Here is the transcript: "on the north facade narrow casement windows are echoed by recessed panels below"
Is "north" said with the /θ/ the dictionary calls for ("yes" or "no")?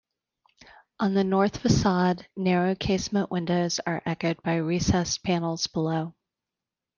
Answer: yes